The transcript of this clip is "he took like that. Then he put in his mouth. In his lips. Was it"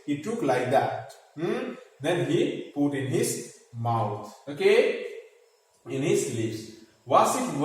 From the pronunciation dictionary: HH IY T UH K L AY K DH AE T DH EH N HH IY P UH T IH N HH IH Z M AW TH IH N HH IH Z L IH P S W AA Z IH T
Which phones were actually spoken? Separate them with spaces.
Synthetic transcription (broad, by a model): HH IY T UH K L AY K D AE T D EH N HH IY P UH T IH N HH IH Z M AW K IH N HH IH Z L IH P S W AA S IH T